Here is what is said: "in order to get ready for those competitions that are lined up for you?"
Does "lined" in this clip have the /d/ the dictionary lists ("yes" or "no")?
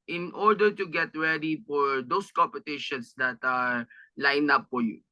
no